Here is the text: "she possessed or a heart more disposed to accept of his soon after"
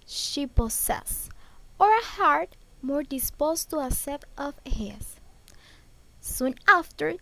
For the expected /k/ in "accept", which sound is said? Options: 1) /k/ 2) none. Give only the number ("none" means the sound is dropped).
2